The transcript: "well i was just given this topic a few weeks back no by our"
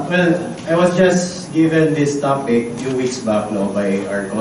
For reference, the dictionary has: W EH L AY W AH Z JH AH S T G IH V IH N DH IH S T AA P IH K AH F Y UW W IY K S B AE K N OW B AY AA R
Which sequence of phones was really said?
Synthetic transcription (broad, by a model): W EH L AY W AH S JH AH S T G IH V IH N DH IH S T AA P IH K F Y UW W IY K S B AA K N OW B AY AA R